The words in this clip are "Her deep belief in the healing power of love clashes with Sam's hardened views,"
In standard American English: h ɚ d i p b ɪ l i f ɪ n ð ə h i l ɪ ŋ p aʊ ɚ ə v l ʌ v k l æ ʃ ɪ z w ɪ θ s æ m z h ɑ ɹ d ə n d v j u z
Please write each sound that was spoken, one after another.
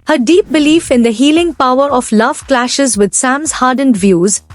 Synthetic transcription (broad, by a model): h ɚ d i p b ɪ l i f ɪ n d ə h i l ɪ ŋ p aʊ ɚ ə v l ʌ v k l æ ʃ ɪ z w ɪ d s æ m z h ɑ ɹ d ə n d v j u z